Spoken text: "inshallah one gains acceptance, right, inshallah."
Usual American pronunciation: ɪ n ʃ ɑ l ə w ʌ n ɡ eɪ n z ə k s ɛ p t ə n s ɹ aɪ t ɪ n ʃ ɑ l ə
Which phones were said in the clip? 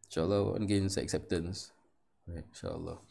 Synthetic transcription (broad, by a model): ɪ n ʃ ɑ l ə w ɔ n ɡ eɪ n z ə k s ɛ p t ə n s ɹ aɪ t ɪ n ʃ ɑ l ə